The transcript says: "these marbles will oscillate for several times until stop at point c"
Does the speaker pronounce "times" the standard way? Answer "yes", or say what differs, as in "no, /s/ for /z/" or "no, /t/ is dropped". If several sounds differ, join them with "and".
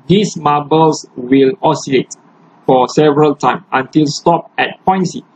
no, /z/ is dropped